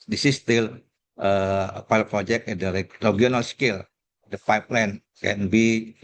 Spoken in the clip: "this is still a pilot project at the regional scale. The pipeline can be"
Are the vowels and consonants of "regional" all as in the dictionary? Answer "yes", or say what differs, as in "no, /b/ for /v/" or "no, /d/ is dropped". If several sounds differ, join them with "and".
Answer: no, /dʒ/ is dropped